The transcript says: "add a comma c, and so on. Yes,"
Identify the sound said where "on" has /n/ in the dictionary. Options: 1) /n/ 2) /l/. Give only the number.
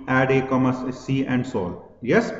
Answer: 2